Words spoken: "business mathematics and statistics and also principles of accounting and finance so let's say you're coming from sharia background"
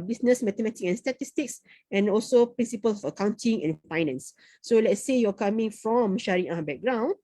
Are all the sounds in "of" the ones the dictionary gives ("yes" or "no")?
no